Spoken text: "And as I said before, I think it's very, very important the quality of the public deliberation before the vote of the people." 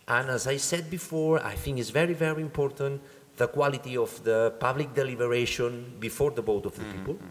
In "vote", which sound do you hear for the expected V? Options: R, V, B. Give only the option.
B